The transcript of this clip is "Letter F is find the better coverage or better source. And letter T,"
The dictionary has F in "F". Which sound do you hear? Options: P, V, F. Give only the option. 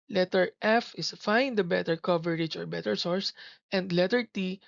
F